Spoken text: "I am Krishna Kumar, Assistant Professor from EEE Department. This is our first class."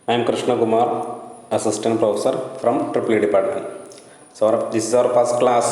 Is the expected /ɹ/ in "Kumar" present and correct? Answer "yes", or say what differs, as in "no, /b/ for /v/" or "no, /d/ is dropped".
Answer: yes